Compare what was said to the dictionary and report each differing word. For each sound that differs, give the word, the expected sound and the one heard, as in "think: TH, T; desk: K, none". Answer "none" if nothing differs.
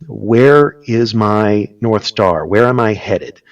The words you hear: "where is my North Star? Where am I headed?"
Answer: none